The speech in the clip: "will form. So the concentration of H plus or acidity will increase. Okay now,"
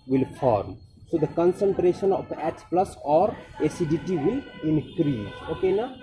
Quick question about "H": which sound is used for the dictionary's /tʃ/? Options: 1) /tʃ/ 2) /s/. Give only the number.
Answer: 2